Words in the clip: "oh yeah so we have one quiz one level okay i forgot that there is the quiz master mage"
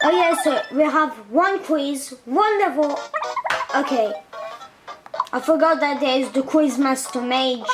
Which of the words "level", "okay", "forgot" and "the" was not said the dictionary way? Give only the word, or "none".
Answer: level